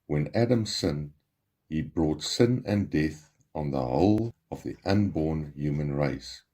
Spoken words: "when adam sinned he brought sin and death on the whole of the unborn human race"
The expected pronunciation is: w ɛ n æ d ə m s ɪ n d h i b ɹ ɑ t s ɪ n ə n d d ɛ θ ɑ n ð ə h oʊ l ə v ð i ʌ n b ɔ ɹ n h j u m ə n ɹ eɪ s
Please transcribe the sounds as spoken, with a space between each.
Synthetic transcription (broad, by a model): w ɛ n æ d ə m s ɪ n h i b ɹ ɑ t s ɪ n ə n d d ɛ θ ɑ n ð ə h oʊ l ə v ð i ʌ n b ɔ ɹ n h j u m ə n ɹ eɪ s